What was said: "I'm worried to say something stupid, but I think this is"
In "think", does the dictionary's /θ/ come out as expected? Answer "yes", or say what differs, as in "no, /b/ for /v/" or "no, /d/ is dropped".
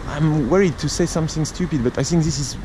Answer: yes